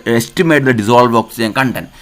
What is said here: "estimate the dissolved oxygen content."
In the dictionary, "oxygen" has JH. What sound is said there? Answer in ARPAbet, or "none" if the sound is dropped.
none